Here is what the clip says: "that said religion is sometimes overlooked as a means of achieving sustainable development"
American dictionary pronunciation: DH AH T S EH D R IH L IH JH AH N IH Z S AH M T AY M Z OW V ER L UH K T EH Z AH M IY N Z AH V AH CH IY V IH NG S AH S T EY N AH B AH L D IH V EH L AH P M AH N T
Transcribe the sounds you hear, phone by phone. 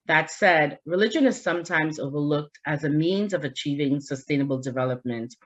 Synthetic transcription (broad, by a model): DH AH T S EH D R IH L IH JH AH N IH Z S AH M T AY M Z OW V ER L UH K T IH Z AH M IY N Z AH V AH CH IY V IH NG S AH S T EY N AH B L D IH V EH L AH P M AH N T